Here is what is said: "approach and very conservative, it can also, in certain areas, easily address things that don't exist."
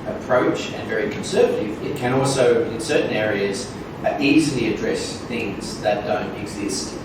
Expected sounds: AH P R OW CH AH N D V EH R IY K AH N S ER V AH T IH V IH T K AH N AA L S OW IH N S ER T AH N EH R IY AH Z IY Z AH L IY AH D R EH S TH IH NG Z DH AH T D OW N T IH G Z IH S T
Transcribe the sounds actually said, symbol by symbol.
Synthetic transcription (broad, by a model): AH P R OW CH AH N V EH R IY K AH N S ER V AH T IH V IH T K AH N AA L S OW IH N S ER T N EH R IY AH Z IY Z L IY AH D R EH S TH IH NG Z DH AH T D OW N T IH G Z IH S T